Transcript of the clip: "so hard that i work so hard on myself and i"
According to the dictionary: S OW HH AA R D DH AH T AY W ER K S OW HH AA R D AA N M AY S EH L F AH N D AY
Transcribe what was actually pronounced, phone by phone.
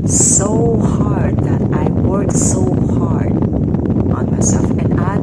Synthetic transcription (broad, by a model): S OW HH AA R D DH AH T AY W ER K S OW HH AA R D AA N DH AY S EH F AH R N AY